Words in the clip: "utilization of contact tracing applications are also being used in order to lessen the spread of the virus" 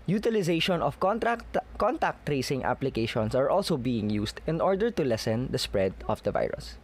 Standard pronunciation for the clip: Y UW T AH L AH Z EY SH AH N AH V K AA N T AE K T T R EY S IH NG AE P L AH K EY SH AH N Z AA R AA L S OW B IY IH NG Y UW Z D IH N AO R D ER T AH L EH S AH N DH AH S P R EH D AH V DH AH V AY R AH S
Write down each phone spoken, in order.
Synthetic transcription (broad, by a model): Y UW T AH L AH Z EY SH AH N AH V K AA N T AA K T T R EY S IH NG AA P L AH K EY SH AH N S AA R AA L S OW B IY IH NG Y UW S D IH N AO R D ER T AH L EH S AH N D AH S P R EH D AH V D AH V AY R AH S